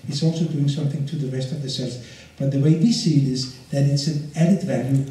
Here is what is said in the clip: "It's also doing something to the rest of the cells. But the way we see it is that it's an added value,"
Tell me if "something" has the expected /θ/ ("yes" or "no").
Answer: yes